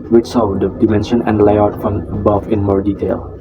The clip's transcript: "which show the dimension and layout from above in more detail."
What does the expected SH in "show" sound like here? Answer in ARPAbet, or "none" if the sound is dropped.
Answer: S